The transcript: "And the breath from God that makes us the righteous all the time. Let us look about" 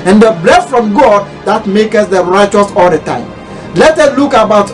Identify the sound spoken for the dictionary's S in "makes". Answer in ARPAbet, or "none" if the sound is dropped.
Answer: none